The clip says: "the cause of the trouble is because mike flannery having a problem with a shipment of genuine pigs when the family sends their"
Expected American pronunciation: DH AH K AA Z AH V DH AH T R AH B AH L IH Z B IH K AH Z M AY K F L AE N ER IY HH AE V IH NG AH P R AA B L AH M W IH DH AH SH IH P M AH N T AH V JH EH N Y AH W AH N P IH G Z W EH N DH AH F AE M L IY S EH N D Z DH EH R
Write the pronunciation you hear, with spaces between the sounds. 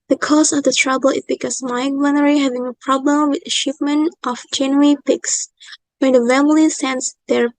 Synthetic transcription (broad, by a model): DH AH K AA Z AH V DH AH T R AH B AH L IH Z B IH K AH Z M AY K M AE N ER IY HH AE V IH NG AH P R AA B L AH M W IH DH AH SH IH P M AH N T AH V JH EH N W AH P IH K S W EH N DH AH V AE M L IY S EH N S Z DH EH R